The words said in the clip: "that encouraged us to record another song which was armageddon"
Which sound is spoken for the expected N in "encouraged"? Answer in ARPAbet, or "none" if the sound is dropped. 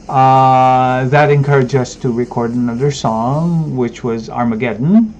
N